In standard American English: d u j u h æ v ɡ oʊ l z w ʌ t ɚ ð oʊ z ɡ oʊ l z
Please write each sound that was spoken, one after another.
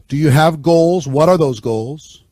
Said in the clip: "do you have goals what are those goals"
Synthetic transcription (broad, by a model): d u j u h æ v ɡ oʊ l z w ʌ t ɚ ð oʊ z ɡ oʊ l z